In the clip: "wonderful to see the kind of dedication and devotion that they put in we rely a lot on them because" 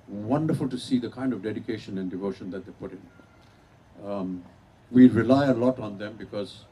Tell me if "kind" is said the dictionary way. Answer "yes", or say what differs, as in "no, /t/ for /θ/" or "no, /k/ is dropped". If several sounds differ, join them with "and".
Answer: yes